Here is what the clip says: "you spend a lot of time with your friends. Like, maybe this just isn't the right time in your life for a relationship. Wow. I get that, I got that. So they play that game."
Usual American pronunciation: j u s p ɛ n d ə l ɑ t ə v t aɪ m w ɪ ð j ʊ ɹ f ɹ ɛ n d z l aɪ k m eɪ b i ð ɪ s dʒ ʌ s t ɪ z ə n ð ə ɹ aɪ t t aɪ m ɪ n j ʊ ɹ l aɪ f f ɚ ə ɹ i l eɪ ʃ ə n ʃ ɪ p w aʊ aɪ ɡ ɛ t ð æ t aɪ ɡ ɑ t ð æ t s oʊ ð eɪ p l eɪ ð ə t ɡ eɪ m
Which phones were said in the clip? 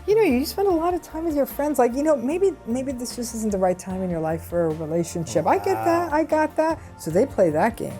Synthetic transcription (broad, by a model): j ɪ s p ɛ n d ə l ɑ t ə v t aɪ m w ɪ ð j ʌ ɹ f ɹ ɛ n d z l aɪ k m eɪ b i ð ɪ s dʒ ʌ s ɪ z n ð ə ɹ aɪ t t aɪ m ɪ n j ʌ ɹ l aɪ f f ɚ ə ɹ i l eɪ ʃ ə n ʃ ɪ p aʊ aɪ ɡ ɛ t ð æ t aɪ ɡ ɑ t ð æ t s oʊ ð eɪ p l eɪ ð ə t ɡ eɪ m